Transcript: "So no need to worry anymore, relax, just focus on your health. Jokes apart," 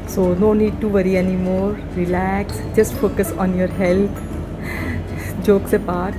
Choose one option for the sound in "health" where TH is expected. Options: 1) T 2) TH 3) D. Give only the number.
1